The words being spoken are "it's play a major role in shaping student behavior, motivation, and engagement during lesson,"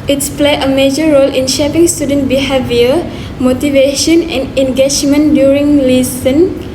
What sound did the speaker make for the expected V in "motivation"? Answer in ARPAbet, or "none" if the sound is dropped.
V